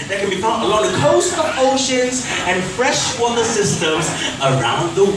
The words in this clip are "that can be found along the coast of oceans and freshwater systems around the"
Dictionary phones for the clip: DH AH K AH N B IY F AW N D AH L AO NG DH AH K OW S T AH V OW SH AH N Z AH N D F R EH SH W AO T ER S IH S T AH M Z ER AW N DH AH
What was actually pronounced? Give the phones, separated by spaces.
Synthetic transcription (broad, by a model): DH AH K AH N B IY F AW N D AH L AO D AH K OW S T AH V OW SH AH N Z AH N F R EH SH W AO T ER S IH S T AH M Z ER AW N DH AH